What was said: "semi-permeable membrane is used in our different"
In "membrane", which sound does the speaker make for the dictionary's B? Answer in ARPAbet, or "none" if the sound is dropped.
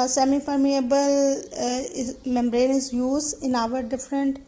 B